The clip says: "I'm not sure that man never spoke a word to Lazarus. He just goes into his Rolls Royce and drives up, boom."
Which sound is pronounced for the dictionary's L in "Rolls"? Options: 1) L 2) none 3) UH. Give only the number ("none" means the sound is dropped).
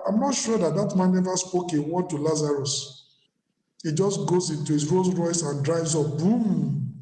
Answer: 2